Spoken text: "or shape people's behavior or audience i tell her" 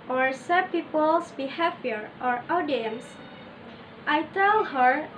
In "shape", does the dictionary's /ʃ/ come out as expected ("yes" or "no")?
no